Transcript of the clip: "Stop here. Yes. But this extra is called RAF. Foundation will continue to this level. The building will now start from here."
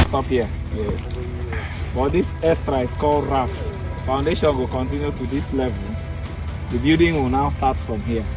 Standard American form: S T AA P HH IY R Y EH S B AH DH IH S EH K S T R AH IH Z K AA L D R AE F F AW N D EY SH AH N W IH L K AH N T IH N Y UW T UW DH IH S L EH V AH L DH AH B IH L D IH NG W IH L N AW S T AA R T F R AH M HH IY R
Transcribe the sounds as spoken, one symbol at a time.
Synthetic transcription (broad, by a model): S T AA P HH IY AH Y EH S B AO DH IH S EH S T R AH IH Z K AA L D R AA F F AW N D EY SH AH N W IH L K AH N T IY N Y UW T UW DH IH S L EH V AH L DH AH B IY D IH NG W IH L N AW S T AA T F R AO M HH IY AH